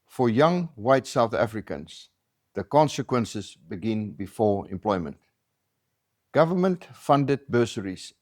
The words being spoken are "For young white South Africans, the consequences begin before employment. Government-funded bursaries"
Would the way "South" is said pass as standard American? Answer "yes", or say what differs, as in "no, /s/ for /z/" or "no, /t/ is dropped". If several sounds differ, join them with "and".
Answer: yes